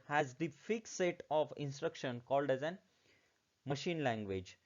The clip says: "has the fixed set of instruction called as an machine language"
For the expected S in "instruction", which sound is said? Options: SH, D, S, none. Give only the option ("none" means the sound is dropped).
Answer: S